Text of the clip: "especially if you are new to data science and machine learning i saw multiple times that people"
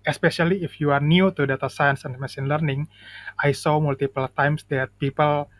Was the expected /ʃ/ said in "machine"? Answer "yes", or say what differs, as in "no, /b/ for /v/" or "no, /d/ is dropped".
no, /s/ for /ʃ/